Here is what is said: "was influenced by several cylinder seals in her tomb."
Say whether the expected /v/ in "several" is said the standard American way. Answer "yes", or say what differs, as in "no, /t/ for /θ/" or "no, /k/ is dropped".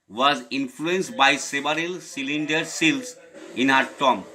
no, /b/ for /v/